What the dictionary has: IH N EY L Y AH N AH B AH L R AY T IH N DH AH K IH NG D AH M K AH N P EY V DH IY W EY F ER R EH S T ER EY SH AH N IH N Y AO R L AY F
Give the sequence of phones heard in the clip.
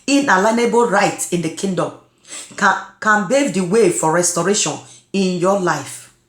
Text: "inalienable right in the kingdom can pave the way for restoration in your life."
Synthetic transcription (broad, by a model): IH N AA L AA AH N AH B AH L R AY T IH N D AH K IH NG D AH M K AH N B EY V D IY W EY F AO R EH S T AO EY SH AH N IH N Y AO L AY F